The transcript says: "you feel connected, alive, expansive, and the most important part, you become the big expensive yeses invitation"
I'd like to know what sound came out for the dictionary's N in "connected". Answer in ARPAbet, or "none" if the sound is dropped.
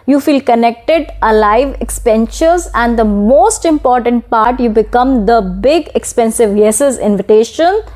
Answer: N